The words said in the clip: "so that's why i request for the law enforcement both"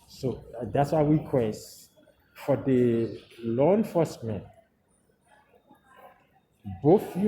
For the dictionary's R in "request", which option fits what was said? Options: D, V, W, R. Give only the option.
W